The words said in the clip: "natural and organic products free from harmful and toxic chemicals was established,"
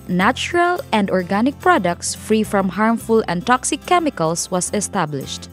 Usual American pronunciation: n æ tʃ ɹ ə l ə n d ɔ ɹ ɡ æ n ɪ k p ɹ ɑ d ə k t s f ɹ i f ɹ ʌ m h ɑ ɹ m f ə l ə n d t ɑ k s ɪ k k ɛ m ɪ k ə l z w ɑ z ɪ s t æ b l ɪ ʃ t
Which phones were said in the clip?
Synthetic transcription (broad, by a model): n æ tʃ ɹ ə l ə n d ɔ ɹ ɡ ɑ n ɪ k p ɹ ɑ d ə k t s f ɹ i f ɹ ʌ m h ɑ ɹ m f ə l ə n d t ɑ k s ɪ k k ɛ m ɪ k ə l s w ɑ s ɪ s t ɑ b l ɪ ʃ t